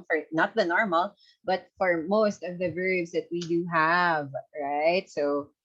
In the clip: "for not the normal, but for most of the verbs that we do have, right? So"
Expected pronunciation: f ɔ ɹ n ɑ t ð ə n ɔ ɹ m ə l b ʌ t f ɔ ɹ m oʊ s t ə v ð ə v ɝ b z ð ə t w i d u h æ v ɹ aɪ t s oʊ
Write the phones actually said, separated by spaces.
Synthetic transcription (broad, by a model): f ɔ ɹ n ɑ t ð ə n ɔ ɹ m ə l b ʌ t f ɔ ɹ m oʊ s t ə v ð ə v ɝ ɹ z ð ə t w i d u h æ v ɹ aɪ t s oʊ